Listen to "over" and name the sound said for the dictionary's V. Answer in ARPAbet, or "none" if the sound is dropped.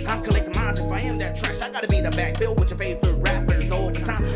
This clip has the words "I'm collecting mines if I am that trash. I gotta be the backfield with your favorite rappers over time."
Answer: none